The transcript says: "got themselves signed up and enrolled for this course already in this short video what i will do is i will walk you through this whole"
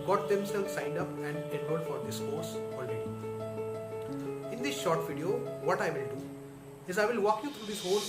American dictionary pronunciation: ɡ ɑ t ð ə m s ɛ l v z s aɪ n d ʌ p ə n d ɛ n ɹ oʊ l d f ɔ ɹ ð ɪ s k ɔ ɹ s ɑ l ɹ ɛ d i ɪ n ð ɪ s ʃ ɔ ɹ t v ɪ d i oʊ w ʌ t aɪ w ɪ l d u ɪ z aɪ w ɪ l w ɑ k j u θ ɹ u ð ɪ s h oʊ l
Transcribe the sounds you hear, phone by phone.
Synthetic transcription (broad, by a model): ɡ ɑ t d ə m s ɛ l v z s aɪ n d ʌ p ə n d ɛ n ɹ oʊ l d f ɔ ɹ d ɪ s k ɔ ɹ s ɑ l ɹ ɛ d i ɪ n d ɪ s ʃ ɔ ɹ t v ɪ d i oʊ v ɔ t aɪ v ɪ l d u ɪ z aɪ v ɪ l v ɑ k j u t ɹ u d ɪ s h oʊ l